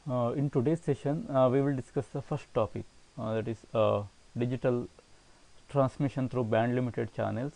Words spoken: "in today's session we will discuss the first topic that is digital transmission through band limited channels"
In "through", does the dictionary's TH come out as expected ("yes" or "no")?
no